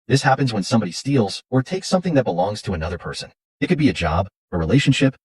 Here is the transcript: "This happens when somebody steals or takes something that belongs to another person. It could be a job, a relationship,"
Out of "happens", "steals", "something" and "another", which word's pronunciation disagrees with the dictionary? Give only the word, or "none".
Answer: none